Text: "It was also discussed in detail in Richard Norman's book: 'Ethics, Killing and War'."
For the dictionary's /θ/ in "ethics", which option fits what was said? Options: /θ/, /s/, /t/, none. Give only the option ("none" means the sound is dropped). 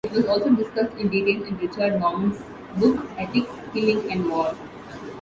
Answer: /t/